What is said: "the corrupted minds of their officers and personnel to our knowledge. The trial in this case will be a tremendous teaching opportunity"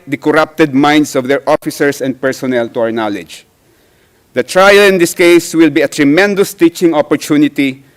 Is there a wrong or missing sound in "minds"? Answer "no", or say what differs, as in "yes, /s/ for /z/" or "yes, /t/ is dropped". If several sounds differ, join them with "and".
yes, /s/ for /z/